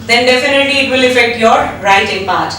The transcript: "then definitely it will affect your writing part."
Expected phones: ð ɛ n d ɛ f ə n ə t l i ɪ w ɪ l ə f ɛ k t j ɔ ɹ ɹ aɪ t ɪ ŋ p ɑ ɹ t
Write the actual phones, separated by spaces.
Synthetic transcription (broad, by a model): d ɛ n d ɛ f ə n ə t l i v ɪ l ə f ɛ k t j ɔ ɹ ɹ aɪ t ɪ ŋ p ɑ ɹ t